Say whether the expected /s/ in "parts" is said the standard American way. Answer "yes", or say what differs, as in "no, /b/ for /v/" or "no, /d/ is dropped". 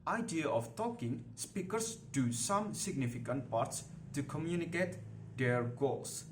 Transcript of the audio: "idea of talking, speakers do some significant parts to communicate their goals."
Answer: yes